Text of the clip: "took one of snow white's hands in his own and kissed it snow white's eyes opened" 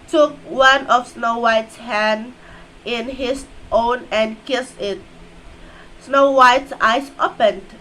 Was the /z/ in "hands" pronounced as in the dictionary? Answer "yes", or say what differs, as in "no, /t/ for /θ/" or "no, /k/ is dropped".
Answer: no, /z/ is dropped